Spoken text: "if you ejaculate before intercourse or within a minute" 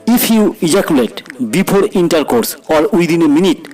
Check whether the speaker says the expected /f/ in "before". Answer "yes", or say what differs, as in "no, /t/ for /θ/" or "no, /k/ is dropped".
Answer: no, /p/ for /f/